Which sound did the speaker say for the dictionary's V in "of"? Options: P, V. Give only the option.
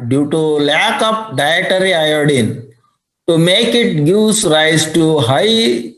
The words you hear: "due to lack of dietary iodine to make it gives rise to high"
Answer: P